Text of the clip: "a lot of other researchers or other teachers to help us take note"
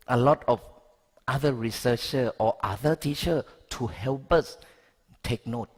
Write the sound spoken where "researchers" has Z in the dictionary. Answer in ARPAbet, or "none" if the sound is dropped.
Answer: none